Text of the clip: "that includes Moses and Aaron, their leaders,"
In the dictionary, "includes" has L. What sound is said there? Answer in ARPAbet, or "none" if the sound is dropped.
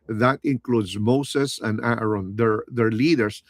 L